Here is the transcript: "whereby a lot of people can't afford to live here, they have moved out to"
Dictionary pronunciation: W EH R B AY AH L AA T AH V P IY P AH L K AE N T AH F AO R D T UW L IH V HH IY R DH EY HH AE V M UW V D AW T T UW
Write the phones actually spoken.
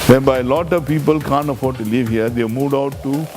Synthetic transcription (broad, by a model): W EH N B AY AH L AA T AH V P IY P AH L K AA N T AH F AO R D T UW L IH V HH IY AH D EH M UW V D AW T T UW